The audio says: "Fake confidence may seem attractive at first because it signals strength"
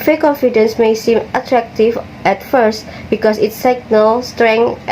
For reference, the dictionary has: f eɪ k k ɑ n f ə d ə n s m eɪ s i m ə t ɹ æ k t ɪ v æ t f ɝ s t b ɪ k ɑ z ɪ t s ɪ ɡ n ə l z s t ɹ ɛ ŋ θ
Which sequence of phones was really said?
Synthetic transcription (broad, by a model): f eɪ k k ɑ n f ə d ə n s m eɪ s i m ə t ɹ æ k t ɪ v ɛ t f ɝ s t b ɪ k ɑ s ɪ t s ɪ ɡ n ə l s t ɹ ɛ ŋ